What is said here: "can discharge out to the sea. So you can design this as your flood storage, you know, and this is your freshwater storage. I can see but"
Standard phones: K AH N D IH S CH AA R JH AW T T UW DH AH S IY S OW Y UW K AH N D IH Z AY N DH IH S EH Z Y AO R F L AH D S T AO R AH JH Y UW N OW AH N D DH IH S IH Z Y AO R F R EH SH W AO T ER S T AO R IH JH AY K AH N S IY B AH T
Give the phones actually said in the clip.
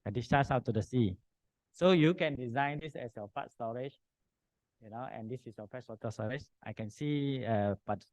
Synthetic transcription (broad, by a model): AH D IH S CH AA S AW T T UW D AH S IY S OW Y UW K AH N D IH Z AY N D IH S EH S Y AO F AA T S T AO R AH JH Y UW N OW AH N D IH S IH S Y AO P R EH S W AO T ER S T AO R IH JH AY K AH N S IY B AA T